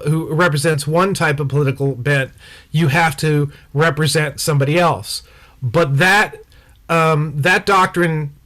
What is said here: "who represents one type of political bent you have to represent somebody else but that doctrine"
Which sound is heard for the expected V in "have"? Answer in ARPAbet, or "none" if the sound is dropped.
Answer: F